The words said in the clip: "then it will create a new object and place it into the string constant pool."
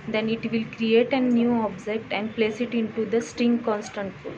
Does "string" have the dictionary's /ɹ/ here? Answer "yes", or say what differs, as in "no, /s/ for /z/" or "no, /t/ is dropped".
yes